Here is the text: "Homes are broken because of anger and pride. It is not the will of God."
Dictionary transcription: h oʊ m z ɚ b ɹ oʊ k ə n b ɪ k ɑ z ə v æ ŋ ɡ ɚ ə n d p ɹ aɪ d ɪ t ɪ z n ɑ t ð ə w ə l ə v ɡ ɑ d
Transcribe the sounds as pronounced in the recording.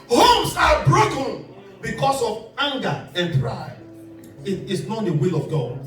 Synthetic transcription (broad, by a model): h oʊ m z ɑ b ɹ oʊ k ə n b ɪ k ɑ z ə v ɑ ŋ ɡ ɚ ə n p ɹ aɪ ɪ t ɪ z n ɑ t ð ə w ə l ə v ɡ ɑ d